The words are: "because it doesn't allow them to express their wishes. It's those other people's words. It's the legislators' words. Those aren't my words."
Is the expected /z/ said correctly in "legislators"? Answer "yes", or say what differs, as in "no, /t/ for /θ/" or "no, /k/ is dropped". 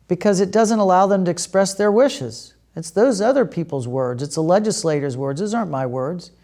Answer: yes